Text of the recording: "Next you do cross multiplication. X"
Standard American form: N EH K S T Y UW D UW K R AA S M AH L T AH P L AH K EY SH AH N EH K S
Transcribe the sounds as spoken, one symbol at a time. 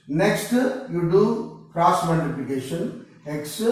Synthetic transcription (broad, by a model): N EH K S T Y UW D UW K R AA S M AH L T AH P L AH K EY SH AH N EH K S